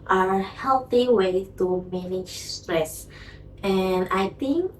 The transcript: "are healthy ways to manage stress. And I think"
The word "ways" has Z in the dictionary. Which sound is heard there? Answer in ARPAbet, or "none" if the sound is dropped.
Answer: none